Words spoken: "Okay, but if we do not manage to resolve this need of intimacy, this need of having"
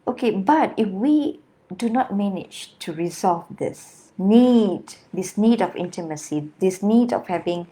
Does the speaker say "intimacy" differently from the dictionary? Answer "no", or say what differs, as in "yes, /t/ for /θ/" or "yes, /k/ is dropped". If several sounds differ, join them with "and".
no